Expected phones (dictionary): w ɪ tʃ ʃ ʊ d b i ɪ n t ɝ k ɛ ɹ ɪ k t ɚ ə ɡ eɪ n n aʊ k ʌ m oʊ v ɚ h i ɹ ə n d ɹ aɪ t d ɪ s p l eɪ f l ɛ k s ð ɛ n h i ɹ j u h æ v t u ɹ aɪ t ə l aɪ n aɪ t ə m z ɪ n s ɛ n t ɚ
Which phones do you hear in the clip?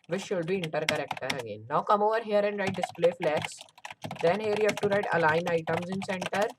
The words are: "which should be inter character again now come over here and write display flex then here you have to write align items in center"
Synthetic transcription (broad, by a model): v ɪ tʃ ʃ ʊ d b i ɪ n t ɝ k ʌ ɹ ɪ k t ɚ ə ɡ eɪ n n aʊ k ʌ m oʊ v ɚ h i ɹ ə n d ɹ aɪ t d ɪ s p l eɪ f l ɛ k s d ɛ n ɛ ɹ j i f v t u ɹ aɪ t ə l aɪ n aɪ t ə m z ɪ n s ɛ n t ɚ